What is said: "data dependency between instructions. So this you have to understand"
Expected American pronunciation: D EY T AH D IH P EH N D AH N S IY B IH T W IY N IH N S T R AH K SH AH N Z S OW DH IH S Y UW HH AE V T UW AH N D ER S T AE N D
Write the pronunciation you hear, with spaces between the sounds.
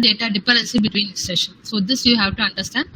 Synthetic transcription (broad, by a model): D EY T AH D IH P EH D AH N S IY B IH T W IY N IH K S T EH SH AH N S OW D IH S Y UW HH AE V T UW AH N D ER S T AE N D